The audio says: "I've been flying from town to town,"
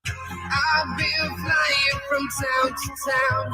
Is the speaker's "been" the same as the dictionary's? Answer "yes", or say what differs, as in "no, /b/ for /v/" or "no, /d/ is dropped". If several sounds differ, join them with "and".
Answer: no, /l/ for /n/